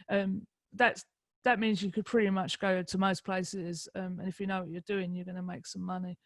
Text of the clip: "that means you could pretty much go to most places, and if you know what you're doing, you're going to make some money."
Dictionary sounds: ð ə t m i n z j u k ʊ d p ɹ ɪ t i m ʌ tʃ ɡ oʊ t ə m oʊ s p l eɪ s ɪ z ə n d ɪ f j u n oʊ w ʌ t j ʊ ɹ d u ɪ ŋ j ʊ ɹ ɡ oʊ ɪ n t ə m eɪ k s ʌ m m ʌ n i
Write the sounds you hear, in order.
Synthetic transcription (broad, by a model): ð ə t m i n z j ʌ k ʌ d p ɹ ɪ t i m ʌ tʃ ɡ oʊ t ə m oʊ s p l eɪ s ɪ z ə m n ɪ f j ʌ n oʊ w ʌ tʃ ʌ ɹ d u ɪ ŋ j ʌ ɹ ɡ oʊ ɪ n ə m eɪ k s ʌ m m ʌ n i